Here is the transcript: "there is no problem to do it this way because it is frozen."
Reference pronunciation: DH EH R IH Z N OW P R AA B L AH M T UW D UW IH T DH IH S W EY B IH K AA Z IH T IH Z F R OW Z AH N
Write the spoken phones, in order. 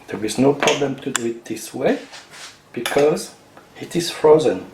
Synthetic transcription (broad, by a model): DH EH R IH Z N OW P R AA B L AH M T UW D UW IH T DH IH S W EY B IH K AA Z IH T IH Z F R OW Z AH N